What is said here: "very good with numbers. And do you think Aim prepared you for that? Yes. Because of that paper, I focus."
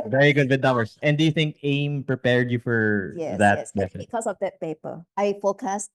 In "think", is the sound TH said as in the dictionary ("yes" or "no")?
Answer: yes